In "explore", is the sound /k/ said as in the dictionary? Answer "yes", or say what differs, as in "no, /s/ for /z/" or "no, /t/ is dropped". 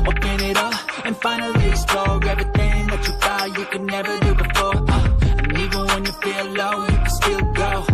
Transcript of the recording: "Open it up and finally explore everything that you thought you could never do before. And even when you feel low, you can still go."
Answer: no, /k/ is dropped